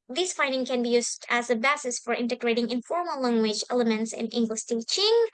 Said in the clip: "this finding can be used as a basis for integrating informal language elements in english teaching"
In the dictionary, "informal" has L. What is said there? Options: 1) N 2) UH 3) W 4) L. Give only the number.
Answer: 4